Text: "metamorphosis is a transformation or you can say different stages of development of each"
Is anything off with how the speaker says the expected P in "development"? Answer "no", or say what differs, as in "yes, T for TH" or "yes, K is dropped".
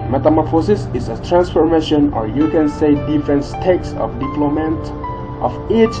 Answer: yes, P is dropped